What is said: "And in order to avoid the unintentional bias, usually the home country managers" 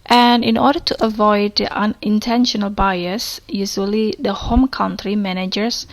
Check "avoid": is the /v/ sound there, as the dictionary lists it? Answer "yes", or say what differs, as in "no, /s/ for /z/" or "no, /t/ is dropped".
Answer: yes